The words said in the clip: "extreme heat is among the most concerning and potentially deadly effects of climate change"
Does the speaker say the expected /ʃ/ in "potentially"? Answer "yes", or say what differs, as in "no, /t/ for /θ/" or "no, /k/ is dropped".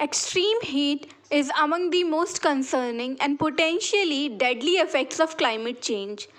yes